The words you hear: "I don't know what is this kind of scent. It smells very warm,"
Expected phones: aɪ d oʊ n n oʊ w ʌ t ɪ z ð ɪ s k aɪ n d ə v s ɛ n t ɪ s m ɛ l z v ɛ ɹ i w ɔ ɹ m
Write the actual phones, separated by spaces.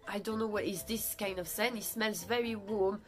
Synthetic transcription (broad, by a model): aɪ d oʊ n n oʊ w ʌ t ɪ z ð ɪ s k aɪ n d ə v s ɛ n ɪ s m ɛ l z v ɛ ɹ i w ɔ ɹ m